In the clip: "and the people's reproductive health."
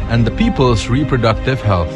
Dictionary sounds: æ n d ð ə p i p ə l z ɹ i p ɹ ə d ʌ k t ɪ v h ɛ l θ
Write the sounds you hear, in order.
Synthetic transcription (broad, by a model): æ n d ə p i p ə l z ɹ i p ɹ ə d ʌ k t ɪ v h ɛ l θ